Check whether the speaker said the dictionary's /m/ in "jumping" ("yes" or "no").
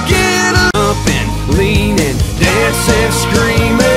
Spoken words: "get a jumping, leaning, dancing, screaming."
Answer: no